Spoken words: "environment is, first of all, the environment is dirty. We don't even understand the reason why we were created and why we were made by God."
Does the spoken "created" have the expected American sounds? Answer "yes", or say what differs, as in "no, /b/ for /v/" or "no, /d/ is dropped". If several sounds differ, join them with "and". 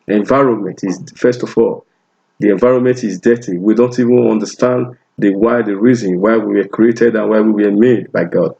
yes